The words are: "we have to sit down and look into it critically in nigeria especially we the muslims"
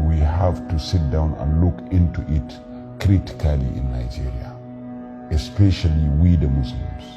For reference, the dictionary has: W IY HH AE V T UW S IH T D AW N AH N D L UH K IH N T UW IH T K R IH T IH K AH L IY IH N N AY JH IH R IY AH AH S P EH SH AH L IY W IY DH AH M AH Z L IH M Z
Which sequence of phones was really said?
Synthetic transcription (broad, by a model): W IY HH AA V T UW S IH T D AW N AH N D L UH K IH N T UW IH T K R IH T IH K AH L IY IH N N AY JH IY R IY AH AH S P EH SH AH L IY W IY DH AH M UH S L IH M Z